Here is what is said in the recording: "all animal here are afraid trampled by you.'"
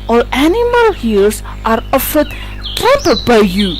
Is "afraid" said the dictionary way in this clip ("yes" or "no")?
no